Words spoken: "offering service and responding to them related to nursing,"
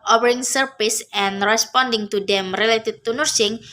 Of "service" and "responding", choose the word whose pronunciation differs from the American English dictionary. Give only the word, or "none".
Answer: service